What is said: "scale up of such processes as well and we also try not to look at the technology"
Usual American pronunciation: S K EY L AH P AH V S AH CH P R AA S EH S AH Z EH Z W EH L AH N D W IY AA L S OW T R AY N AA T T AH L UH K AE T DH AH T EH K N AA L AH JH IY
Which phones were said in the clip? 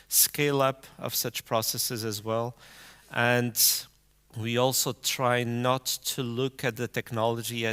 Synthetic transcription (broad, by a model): S K EY L AH P AH V S AH CH P R AA S EH S AH Z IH Z W EH L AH N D W IY AA L S OW T R AY N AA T T AH L UH K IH T DH AH T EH K N AA L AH JH IY